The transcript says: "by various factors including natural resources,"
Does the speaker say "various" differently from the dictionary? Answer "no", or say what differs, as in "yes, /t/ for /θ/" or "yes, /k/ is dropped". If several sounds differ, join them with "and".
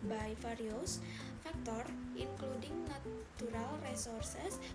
yes, /f/ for /v/